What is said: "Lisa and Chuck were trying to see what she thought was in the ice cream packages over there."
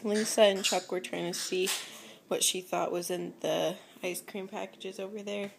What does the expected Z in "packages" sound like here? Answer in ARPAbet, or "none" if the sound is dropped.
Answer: Z